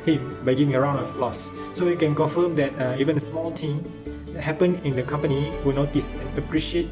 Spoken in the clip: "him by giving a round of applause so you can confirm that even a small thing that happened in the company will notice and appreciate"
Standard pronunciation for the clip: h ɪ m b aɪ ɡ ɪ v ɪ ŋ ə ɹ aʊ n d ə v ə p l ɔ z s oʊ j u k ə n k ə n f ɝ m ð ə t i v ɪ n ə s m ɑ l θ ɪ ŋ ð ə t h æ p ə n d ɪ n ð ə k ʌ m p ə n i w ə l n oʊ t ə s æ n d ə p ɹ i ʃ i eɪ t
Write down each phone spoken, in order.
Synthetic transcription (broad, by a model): h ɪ m b aɪ ɡ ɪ v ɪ ŋ ə ɹ aʊ n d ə f l ɔ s s oʊ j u k ə n k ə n f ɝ m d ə t i v ɪ n ə s m ɑ l t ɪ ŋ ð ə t h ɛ p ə n ɪ n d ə k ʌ m p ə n i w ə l n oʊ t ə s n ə p ɹ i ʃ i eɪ t